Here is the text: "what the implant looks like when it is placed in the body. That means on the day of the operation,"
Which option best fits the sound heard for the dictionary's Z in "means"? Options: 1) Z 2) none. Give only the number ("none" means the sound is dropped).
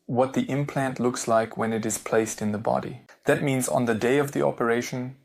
1